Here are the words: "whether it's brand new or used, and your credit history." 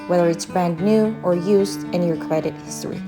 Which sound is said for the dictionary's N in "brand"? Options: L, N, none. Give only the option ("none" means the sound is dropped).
N